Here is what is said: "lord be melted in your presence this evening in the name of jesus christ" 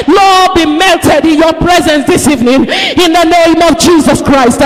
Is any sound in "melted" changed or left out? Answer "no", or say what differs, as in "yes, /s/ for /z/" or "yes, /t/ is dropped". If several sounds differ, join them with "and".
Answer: no